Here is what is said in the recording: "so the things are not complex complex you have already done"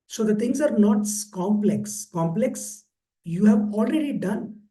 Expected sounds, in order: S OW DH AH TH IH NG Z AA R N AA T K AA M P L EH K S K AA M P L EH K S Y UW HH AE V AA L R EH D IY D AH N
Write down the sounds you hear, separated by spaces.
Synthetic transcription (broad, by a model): S OW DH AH T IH NG S AA R N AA T K AA M P L EH K S K AA M P L EH K S Y UW HH AE V AA L R EH D IY D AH N